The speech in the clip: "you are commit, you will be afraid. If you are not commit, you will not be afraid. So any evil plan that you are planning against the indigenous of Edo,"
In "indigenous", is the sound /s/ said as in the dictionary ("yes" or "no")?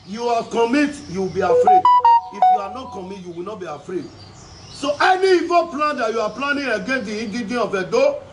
no